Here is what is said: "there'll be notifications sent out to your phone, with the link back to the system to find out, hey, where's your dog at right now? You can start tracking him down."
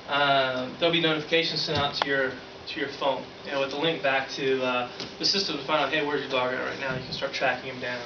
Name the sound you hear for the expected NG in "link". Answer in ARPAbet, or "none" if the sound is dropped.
NG